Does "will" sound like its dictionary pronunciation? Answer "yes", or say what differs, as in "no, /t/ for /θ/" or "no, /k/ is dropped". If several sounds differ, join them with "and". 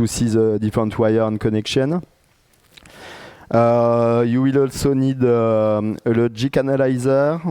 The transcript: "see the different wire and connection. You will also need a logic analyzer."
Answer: yes